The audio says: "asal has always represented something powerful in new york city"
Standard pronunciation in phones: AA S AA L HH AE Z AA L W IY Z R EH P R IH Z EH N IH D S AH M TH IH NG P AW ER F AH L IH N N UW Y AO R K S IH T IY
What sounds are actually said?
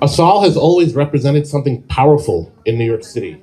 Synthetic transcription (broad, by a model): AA S AA L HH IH Z AA L W IY Z R EH P R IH Z EH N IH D S AH M TH IH NG P AW ER F L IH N N UW Y AO R K S IH T IY